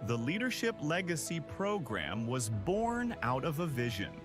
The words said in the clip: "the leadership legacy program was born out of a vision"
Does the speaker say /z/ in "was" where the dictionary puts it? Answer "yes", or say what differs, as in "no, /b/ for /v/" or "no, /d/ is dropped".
yes